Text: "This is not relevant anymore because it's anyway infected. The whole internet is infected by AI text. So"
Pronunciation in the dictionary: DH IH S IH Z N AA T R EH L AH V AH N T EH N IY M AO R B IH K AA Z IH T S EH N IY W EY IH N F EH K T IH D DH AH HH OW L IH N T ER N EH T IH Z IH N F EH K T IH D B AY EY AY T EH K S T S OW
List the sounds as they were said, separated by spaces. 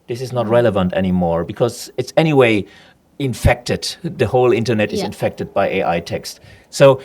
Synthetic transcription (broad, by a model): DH IH S IH Z N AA T R EH L AH V AH N T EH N IY M AO R B IH K AA Z IH T S EH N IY W EY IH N F EH K T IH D DH AH HH OW L IH N T ER N EH T IH Z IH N F EH K T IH D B AY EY AY T EH K S T S OW